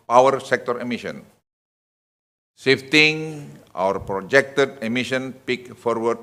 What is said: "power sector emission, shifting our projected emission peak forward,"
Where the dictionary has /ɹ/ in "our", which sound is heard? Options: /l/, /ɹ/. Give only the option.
/ɹ/